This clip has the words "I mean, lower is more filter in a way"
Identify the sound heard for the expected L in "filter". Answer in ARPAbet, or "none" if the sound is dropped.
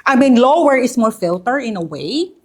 L